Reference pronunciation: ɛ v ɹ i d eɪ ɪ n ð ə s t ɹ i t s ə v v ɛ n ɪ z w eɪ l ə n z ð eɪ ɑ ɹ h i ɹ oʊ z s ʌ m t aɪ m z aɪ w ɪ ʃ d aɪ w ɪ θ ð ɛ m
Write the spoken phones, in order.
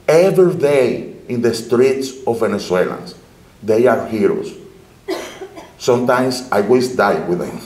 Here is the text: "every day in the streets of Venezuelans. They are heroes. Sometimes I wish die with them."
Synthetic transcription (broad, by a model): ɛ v ɹ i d eɪ ɪ n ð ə s t ɹ i t s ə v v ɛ n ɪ s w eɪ l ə n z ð eɪ ɑ ɹ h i ɹ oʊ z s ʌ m t aɪ m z aɪ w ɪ s d aɪ w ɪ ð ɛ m